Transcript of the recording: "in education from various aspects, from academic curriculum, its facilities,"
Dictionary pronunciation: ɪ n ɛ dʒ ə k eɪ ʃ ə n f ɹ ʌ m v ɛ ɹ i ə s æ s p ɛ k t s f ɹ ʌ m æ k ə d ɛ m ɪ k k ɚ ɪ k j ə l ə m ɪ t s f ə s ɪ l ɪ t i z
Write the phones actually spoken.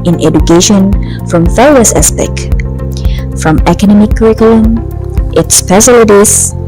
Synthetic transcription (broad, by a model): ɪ n ɛ dʒ ə k eɪ ʃ ə n f ɹ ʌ m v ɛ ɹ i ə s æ s p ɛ k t f ɹ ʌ m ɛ k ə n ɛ m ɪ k k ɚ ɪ k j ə l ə m ɪ t s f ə s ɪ l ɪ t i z